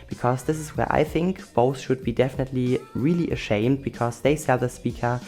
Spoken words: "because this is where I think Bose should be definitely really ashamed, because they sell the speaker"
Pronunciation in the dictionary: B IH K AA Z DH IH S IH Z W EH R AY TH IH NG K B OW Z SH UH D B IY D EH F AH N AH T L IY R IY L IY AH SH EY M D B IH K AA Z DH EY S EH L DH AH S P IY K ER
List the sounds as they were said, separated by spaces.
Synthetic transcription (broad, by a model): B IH K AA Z DH IH S IH Z W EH R AY TH IH NG K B OW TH SH UH D B IY D EH F AH N AH T L IY R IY L IY AH SH EY M D B IH K AA Z DH EY S EH L DH AH S P IY K ER